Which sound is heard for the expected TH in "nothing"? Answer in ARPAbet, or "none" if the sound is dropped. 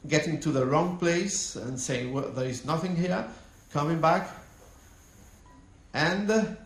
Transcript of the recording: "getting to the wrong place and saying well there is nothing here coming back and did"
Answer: TH